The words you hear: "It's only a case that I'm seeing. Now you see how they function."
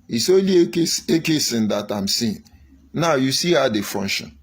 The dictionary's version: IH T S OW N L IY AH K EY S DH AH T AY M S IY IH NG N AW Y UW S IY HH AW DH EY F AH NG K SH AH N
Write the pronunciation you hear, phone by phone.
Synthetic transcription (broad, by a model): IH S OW L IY AH K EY S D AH T AY M S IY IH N N AW Y UW S IY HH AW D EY F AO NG SH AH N